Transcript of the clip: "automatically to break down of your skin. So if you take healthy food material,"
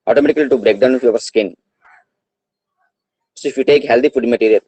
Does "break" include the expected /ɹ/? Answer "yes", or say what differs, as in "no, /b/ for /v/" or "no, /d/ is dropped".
yes